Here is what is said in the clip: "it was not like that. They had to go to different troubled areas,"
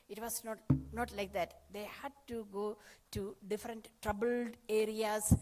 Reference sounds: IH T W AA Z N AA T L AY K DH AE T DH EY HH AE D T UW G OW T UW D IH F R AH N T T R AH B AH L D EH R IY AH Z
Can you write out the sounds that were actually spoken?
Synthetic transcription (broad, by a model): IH T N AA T N AA T L AY K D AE T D EY HH AE D T UW G OW T UW D IH F R AH N T T R AH B AH L D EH R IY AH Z